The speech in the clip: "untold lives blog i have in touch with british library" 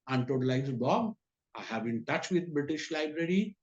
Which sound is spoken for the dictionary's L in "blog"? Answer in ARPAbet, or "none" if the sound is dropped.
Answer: none